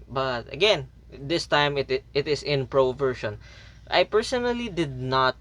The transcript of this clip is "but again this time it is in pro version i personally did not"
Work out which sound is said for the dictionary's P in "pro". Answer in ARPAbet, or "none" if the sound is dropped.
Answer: P